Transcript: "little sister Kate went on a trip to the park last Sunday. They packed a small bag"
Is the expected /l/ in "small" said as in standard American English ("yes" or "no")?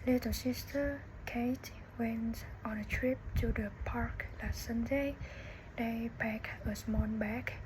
no